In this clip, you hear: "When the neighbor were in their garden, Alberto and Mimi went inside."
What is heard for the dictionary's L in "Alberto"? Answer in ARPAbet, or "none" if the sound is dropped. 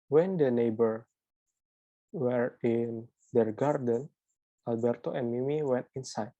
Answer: L